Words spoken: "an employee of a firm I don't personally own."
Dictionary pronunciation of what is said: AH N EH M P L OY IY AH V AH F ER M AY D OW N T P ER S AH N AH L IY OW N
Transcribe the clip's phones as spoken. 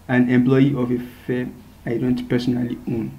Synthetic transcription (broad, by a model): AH N EH M P L OY IY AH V AH F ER AY D OW N T P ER S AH N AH L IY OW N